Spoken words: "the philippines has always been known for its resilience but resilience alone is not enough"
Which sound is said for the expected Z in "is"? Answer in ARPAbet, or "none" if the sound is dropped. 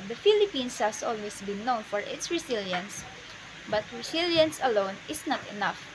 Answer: S